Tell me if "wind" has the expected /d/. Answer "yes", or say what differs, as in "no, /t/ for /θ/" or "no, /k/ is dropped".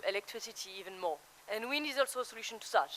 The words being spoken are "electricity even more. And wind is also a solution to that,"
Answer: no, /d/ is dropped